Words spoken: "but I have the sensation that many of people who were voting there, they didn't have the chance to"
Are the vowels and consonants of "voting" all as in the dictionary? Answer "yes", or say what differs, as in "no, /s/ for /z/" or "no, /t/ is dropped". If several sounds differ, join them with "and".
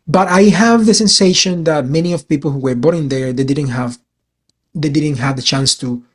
no, /b/ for /v/